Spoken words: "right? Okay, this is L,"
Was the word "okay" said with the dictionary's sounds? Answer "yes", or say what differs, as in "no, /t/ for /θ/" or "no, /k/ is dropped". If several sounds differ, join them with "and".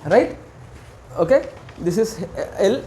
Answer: yes